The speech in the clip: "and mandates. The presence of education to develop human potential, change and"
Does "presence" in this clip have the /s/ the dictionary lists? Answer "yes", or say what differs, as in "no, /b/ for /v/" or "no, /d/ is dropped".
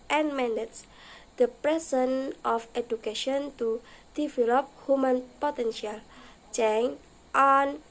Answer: no, /s/ is dropped